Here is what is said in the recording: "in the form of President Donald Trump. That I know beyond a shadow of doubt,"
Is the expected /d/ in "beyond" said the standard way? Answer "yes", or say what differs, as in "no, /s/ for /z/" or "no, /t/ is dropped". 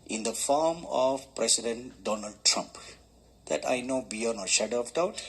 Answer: no, /d/ is dropped